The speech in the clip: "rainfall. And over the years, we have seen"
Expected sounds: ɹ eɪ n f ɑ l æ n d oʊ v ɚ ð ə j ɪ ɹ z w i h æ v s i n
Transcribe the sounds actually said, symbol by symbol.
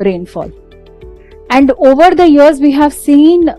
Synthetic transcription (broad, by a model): ɹ eɪ n f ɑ l æ n d oʊ v ɚ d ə j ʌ ɹ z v i h æ v s i n